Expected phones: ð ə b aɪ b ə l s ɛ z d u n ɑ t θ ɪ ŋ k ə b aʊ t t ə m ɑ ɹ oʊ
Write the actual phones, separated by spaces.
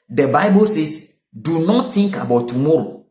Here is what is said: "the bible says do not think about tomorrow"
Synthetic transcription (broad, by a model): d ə b aɪ b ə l s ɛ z d u n ɑ t t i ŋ k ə b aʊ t t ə m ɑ ɹ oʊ